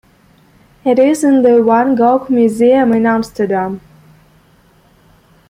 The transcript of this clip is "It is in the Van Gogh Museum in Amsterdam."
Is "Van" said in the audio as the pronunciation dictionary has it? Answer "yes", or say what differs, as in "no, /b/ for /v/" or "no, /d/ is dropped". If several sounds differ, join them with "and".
no, /w/ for /v/